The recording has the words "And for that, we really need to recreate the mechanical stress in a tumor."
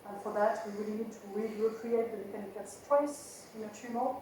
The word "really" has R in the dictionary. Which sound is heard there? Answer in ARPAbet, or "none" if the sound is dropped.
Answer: W